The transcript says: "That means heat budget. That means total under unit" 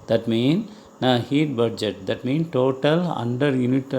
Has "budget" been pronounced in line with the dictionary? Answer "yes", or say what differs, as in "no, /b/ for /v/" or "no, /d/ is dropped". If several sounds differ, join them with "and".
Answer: yes